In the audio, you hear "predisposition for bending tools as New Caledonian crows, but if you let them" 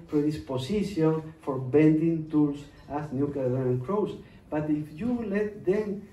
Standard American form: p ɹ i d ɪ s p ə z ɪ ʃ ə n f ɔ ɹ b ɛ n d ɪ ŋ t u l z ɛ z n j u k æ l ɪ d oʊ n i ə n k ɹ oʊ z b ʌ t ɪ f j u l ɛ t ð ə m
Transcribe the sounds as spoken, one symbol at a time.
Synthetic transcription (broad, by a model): p ɹ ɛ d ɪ s p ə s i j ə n f ɔ ɹ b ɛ n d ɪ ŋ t u l s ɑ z n j u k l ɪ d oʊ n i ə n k ɹ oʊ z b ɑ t ɪ f j u l ɛ t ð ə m